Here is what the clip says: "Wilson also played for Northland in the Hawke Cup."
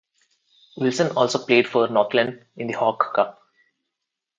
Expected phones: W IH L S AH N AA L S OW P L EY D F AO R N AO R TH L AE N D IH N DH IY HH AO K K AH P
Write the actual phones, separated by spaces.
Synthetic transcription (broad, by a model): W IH L S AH N AA L S OW P L EY D F AO R N AO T L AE N D IH N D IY HH AO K K AH P